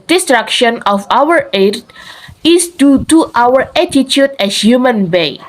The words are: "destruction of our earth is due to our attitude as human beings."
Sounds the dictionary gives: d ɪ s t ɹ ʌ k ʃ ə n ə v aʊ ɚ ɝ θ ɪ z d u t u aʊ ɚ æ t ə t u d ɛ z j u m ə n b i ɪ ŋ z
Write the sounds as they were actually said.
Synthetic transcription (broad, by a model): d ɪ s t ɹ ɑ k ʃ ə n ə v aʊ ɚ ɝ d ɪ s d u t u aʊ ɚ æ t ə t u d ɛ s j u m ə n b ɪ